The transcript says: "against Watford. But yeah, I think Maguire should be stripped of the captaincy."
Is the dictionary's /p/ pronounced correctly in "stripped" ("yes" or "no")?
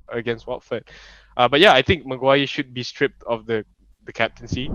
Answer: yes